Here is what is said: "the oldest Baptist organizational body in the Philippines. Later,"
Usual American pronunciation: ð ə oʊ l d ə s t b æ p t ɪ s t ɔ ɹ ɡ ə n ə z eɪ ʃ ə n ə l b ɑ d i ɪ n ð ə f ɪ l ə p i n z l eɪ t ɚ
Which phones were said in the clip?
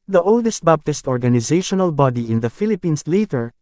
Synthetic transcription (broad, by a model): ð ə oʊ l d ə s t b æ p t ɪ s t ɔ ɹ ɡ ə n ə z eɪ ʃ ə n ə l b ɑ d i ɪ n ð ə f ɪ l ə p i n s l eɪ t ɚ